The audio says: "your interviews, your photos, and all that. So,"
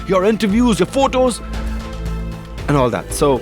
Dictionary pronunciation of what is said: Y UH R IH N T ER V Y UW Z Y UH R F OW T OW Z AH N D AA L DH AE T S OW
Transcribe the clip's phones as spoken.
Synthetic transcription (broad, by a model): Y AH R IH N T ER V Y UW Z Y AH R F OW T OW Z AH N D AA L DH AE T S OW